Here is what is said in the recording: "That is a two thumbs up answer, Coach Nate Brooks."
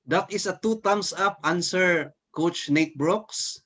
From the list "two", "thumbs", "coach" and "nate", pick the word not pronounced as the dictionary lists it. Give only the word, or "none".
thumbs